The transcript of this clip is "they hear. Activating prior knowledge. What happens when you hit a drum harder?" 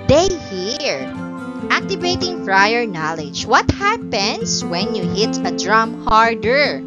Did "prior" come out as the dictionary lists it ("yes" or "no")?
no